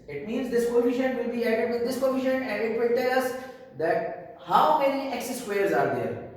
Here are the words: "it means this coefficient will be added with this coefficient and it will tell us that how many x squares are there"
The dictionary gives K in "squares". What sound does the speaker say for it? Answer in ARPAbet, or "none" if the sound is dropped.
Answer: none